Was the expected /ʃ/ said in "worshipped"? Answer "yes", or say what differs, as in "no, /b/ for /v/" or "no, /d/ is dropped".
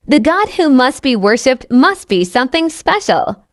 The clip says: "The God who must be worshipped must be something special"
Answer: yes